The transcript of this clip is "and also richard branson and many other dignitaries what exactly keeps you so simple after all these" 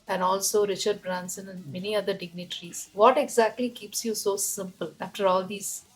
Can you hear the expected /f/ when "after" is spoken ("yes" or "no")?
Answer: yes